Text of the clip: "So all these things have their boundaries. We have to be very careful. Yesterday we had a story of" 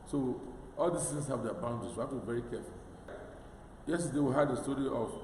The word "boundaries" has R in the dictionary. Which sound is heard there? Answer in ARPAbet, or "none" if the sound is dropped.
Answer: none